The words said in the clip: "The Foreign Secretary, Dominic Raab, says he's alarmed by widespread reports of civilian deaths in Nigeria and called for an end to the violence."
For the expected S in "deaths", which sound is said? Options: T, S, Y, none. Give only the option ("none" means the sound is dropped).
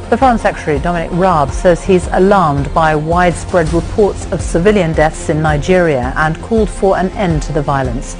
S